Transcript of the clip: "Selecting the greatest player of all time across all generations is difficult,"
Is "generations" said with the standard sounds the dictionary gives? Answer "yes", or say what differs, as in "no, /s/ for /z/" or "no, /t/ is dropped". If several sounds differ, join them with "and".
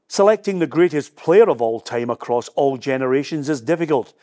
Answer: yes